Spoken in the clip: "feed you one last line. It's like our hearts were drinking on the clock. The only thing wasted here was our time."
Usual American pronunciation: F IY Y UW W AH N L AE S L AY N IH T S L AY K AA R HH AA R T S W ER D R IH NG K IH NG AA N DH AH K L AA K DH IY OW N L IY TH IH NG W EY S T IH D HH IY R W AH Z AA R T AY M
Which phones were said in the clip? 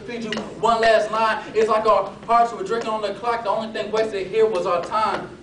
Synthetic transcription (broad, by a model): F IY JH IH W AH N L AE S N AY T IH T S L AY K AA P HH AA R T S W ER D R IH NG K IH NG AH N DH AH K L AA K DH IY OW N L IY TH IH NG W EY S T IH HH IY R W AH Z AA T AY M